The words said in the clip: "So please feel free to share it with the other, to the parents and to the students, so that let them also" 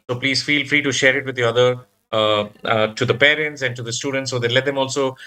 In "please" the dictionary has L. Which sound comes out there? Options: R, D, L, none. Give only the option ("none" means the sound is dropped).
L